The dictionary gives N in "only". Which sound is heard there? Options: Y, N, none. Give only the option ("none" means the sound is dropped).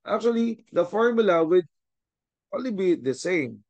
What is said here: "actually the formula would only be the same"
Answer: none